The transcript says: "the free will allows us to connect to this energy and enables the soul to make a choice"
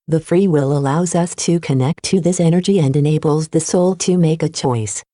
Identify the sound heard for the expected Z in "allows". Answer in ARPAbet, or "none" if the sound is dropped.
Z